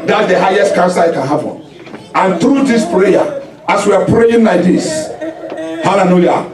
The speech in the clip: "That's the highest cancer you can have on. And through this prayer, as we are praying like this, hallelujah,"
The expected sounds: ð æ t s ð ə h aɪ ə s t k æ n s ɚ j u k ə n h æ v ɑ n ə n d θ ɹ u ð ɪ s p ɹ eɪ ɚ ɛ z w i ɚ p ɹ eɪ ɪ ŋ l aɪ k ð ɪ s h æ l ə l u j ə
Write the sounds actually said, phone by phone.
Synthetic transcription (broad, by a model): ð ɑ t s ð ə h aɪ ə s t k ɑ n s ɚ k ə n h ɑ p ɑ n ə n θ ɹ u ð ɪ s p ɹ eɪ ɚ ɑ s w i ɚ p ɹ eɪ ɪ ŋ l aɪ k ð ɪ s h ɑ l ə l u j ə